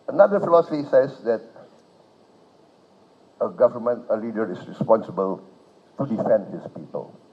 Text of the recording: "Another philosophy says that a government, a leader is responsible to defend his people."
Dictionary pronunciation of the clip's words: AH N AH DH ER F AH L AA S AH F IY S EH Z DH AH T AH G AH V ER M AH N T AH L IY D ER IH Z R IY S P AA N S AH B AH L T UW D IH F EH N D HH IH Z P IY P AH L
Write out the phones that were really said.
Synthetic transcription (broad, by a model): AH N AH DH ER F AH L AA S AH F IY S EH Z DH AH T AH G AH V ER M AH N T AH L IY D ER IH S R IY S P AA N S AH B AH L T UW D IH F EH N D HH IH S P IY P AH L